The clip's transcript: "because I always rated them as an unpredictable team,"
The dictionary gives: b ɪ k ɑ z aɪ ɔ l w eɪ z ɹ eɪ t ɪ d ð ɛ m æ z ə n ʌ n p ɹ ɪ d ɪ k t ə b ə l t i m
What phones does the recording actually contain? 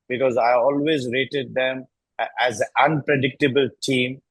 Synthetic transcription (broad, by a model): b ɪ k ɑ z aɪ ɔ l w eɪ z ɹ eɪ t ɪ d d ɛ m æ z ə ʌ n p ɹ ɪ d ɪ k t ə b ə l t i m